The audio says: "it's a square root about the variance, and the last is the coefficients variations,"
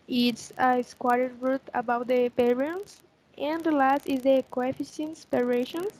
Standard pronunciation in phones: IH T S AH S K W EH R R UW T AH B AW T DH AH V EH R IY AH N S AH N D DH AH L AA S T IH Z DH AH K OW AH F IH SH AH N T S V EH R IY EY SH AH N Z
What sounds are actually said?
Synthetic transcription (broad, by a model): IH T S AH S K W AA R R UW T AH B AW T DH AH P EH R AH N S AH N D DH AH L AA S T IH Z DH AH K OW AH F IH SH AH N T S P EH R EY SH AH N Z